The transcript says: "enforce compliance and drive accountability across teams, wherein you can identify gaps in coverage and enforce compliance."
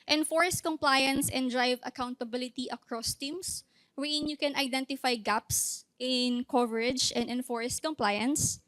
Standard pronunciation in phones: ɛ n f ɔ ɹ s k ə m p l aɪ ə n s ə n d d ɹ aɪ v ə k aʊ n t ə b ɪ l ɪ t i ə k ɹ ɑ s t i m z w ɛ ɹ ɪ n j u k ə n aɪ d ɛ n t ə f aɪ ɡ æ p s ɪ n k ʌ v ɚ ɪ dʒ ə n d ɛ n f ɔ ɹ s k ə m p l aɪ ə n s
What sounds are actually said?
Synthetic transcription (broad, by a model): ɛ n f ɔ ɹ s k ə m p l aɪ ə n s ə n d d ɹ aɪ v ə k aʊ n t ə b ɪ l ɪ t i ə k ɹ ɑ s t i m s w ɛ ɪ n j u k ə n aɪ d ɛ n t ə f aɪ ɡ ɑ p s ɪ n k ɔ v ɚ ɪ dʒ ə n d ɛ n f ɔ ɹ s k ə m p l aɪ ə n s